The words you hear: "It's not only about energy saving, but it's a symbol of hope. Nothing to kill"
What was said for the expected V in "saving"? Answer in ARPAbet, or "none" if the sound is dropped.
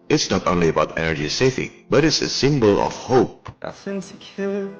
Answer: F